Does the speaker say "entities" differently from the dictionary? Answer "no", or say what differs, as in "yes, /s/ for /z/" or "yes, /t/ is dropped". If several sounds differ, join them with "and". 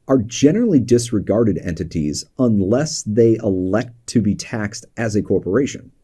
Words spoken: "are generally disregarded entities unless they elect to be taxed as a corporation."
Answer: no